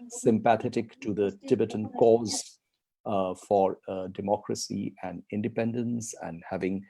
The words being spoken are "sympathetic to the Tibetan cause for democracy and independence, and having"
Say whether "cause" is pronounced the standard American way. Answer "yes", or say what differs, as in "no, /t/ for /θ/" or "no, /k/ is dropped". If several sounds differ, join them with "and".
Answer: yes